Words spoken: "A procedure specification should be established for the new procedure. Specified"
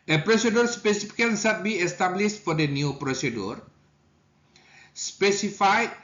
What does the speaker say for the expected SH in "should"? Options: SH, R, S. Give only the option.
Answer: S